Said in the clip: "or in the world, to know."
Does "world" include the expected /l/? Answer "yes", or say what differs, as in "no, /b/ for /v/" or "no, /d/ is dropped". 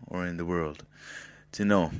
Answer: yes